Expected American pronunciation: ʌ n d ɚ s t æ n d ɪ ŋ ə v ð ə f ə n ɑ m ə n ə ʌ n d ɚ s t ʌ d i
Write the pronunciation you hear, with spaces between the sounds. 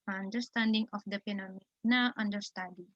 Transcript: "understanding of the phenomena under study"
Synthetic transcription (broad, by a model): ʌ n d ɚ s t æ n d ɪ ŋ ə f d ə p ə n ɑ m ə n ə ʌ n d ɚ s t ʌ d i